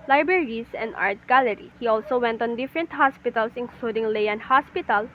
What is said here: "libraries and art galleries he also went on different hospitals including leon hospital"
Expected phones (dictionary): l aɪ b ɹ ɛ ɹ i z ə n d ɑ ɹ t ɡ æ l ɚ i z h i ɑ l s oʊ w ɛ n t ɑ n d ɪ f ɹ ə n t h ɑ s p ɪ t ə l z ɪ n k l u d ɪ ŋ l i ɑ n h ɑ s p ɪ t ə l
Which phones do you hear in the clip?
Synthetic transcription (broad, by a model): l aɪ b ɹ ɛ ɹ i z ə n d ɑ ɹ t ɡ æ l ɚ i h i ɑ l s oʊ w ɛ n t ɑ n d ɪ f ɹ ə n t h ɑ s p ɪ t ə l s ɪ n k l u d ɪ ŋ l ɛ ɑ n h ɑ s p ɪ t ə l